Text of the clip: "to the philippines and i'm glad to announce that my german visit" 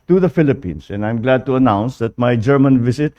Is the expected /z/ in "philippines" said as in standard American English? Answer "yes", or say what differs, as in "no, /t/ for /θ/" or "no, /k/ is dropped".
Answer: no, /s/ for /z/